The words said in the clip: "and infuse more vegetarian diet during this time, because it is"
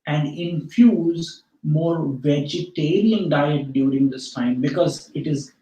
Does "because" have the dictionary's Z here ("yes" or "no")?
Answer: yes